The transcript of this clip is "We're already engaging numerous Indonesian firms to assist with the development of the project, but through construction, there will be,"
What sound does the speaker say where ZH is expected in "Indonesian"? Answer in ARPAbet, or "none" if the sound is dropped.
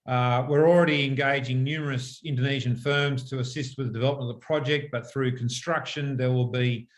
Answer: ZH